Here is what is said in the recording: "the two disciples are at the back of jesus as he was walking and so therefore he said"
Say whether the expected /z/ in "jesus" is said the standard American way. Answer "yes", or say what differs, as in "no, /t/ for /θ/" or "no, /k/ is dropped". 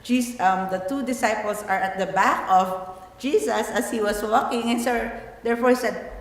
no, /s/ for /z/